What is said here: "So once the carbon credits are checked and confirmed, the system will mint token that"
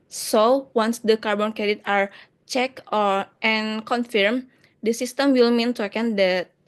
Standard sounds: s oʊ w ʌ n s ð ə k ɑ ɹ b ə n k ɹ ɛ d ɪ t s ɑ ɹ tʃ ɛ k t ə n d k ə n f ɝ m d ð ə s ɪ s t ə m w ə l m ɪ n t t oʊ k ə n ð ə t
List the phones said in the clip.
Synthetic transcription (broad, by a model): s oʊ w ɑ n s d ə k ɑ ɹ b ə n k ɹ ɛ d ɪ t ɑ ɹ tʃ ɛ k t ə n k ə n f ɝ m d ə s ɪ s t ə m w ə l m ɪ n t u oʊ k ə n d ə t